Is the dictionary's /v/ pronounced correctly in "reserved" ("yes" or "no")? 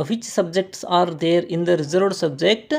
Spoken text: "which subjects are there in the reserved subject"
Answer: no